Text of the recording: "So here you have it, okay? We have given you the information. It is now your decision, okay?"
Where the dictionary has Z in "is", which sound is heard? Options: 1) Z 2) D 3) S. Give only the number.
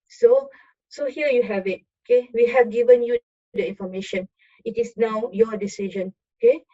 3